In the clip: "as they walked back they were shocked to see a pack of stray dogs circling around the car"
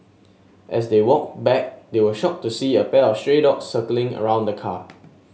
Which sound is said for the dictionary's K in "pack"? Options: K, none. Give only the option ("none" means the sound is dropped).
none